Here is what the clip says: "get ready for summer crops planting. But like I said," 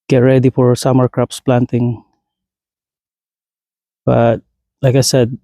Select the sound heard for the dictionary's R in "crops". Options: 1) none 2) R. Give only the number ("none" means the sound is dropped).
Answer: 2